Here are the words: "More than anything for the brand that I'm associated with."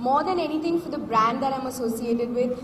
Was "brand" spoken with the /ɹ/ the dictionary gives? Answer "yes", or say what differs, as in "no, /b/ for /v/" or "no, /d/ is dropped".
yes